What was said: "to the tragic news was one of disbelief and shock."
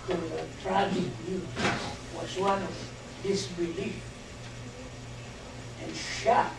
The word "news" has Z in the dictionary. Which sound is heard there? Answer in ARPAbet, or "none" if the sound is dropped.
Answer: none